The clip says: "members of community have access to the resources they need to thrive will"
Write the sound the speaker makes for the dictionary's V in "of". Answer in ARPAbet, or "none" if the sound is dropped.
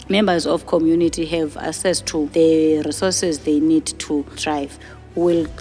F